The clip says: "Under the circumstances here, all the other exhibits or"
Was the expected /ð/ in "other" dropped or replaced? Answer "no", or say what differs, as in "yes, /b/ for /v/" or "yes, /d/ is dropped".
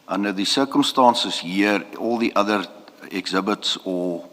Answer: no